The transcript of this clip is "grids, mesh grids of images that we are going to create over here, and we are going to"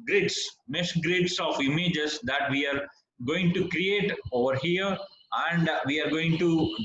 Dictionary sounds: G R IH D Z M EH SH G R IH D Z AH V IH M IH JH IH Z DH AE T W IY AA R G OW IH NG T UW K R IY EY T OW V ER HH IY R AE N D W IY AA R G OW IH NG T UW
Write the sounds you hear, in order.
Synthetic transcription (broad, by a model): G R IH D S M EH S G R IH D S AH V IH M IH JH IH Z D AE T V IY AA R G OW IH NG T UW K R IY EY T OW V ER HH IY R AE N D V IY AA R G OW IH NG T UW